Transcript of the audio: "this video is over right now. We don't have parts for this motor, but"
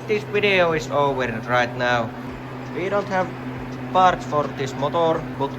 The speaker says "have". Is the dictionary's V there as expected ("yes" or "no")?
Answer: yes